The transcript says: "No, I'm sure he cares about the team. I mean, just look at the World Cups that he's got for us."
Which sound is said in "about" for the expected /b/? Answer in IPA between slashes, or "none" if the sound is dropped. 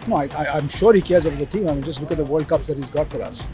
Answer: none